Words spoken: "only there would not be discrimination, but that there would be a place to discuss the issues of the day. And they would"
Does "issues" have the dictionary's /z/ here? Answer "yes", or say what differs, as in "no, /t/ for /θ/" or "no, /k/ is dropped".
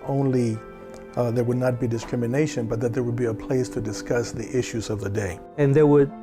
yes